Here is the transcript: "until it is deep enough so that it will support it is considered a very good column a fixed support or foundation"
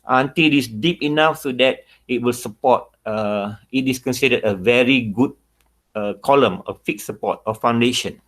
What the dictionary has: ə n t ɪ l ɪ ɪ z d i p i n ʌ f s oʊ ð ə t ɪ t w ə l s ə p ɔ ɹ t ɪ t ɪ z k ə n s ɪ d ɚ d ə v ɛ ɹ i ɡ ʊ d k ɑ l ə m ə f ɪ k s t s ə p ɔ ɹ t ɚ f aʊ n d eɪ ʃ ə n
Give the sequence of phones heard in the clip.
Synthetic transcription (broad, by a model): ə n t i l ɪ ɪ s d i p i n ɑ f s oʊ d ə t ɪ t w ə l s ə p ɔ t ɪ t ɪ s k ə n s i d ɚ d ə v ɛ ɹ i ɡ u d k ɑ l ə m ə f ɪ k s s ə p ɔ t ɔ f aʊ n d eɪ ʃ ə n